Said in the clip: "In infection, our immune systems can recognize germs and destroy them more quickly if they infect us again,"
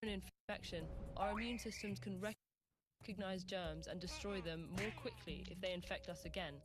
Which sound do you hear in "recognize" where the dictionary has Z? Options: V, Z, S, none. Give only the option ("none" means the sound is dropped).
Z